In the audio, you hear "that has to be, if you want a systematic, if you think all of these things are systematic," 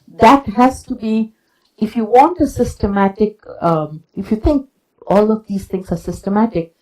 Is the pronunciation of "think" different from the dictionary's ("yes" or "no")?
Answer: yes